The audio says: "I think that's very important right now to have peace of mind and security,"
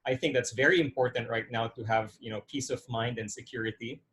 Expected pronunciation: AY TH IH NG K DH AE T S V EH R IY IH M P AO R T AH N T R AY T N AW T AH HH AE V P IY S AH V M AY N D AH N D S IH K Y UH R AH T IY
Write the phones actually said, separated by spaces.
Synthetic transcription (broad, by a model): AY TH IH NG K DH AE T S V EH R IY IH M P AO R T N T R AY T N AW T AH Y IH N P IY S AH V M AY N D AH N S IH K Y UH R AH T IY